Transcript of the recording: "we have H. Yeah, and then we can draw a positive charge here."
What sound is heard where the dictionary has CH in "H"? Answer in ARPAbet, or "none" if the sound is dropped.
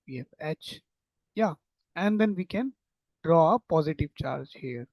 CH